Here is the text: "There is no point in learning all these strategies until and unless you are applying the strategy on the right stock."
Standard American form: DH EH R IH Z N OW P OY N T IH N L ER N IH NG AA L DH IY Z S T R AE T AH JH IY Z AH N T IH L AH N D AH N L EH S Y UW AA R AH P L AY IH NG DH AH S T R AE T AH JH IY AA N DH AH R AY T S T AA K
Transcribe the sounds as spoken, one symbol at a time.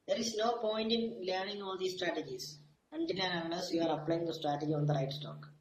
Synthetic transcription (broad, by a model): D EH R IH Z N OW P OY N T IH N L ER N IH NG AA L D IY S T R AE T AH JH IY S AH N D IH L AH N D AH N AH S Y UW AA R AH P L AY IH NG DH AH S T R AE T AH JH IY AA N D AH R AY T S T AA K